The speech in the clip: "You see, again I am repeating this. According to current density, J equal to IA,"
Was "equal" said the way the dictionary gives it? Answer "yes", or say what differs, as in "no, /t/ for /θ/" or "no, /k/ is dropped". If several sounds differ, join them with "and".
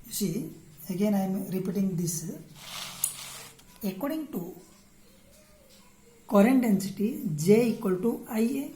yes